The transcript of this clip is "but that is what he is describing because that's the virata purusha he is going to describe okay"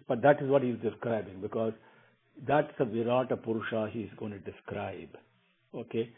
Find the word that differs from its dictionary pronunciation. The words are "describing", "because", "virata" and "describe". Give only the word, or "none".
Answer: none